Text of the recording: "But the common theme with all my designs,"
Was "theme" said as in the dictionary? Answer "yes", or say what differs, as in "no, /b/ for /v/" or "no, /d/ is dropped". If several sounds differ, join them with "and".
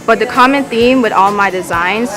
yes